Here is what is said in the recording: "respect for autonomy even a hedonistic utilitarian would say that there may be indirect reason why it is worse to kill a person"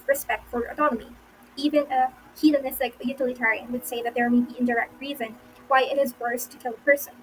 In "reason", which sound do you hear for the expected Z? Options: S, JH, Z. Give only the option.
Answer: Z